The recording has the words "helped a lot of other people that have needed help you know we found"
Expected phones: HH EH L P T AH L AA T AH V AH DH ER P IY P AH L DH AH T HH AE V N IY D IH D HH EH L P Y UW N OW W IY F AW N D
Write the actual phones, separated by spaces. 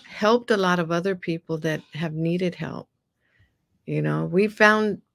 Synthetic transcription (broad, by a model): HH EH L P T AH L AA T AH V AH DH ER P IY P L DH AH T HH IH V N IY D IH D HH EH L P Y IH N OW W IY F AW N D